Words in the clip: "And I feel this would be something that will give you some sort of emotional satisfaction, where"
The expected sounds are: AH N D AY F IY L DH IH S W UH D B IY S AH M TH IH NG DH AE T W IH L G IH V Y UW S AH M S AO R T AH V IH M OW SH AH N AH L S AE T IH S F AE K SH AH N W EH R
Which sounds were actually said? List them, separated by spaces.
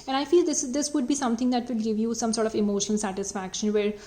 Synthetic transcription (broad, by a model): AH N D AY F IY L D IH S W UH D B IY S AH M T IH NG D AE T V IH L G IH V Y UW S AH M S AO R T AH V IH M OW SH AH N AH L S AE T IH S F AE K SH AH N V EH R